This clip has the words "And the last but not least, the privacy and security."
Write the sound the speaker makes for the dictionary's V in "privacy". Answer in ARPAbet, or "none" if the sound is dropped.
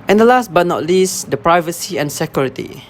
V